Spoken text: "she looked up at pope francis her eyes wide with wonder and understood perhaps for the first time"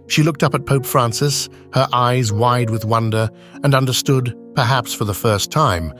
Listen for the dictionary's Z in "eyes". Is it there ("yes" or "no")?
yes